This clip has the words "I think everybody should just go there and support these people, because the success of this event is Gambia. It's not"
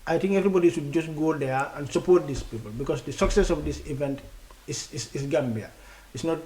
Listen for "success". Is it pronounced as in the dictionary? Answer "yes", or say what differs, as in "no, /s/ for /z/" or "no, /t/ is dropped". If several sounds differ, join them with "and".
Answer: yes